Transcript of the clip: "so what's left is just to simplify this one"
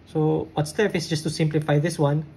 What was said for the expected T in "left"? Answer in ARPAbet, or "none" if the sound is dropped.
none